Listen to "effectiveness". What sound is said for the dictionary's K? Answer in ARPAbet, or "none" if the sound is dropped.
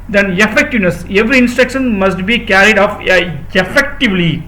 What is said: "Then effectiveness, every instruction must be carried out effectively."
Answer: K